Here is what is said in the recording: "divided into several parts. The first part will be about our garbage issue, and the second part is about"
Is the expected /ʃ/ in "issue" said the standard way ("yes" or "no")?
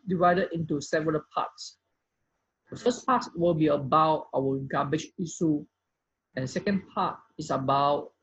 no